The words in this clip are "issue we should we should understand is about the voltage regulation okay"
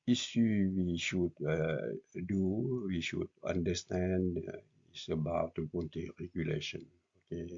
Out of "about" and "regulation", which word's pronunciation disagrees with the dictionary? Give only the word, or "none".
none